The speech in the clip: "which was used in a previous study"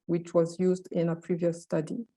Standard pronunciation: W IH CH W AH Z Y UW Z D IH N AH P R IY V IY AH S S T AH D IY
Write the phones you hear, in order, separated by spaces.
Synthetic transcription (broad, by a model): W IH CH W AH Z Y UW Z D IH N AH P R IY V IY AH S S T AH D IY